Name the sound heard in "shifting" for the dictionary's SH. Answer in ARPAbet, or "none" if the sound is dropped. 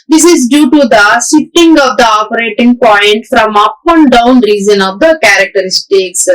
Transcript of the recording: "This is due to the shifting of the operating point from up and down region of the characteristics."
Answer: S